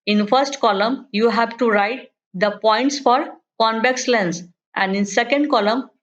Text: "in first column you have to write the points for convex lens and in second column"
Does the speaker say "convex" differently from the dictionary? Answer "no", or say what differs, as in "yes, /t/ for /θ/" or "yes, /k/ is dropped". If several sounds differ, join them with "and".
yes, /b/ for /v/